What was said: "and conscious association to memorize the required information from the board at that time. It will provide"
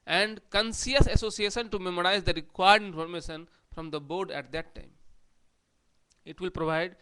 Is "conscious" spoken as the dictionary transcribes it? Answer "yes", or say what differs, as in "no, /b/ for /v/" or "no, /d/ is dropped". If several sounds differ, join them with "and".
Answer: no, /s/ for /ʃ/